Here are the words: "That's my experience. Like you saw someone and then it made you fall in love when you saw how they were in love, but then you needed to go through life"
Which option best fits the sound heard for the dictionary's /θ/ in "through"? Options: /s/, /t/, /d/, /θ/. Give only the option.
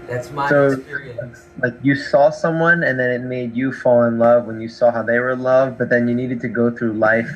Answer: /θ/